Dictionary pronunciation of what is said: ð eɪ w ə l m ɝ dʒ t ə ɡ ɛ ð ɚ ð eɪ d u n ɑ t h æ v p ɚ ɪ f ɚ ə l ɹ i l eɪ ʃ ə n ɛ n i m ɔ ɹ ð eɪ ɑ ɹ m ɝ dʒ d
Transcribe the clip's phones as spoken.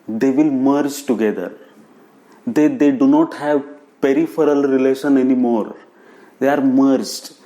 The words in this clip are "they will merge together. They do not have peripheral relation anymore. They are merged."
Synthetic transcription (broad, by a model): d eɪ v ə l m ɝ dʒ t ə ɡ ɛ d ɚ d eɪ d u n ɑ t h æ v p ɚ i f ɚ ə l ɹ i l eɪ ʃ ə n ɛ n i m ɔ ɹ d eɪ ɑ ɹ m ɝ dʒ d